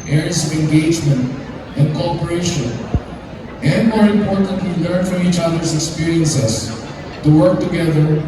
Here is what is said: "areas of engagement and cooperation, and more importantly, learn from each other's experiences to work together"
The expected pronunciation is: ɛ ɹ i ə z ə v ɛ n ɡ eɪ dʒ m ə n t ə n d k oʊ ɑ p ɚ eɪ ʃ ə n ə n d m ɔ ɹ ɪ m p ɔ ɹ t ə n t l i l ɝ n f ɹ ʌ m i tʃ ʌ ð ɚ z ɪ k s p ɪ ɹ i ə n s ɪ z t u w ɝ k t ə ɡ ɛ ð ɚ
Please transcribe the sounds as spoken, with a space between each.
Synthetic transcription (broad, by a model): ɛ ɹ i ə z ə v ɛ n ɡ eɪ dʒ m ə n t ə n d k oʊ ɑ p ɚ eɪ ʃ ə n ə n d m ɔ ɹ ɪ m p ɔ ɹ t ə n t w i l ɝ n f ɹ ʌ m i tʃ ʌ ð ɚ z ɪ k s p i ɹ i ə n s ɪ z t u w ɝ k t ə ɡ ɛ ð ɚ